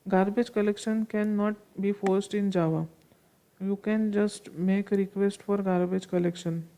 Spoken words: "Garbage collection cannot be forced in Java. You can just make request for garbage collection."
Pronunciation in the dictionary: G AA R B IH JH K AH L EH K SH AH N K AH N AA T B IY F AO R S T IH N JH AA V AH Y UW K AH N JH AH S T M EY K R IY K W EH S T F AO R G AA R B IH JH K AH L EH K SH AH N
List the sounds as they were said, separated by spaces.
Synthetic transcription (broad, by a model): G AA R B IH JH K AH L EH K SH AH N K AH N AA T B IY F AO R S T IH N JH AA V AH Y UW K AH N JH AH S T M EY K R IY K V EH S T F AO R G AA R B IH JH K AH L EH K SH AH N